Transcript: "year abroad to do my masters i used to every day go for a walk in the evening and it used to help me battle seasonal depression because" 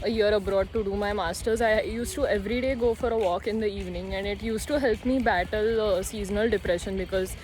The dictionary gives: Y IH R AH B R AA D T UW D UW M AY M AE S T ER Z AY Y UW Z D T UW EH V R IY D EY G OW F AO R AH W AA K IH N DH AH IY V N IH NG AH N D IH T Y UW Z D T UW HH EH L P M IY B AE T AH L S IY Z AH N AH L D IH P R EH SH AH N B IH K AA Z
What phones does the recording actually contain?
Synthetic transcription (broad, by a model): Y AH R AH B R AA D T UW D UW M AY M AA S T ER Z AY Y UW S T UW EH V R IY D EY G OW F AO R AH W AA K IH N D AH IY V N IH NG AH N D IH T Y UW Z T UW HH EH L P M IY B AE T AH L S IY Z AH N AH L D IH P R EH SH AH N B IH K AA Z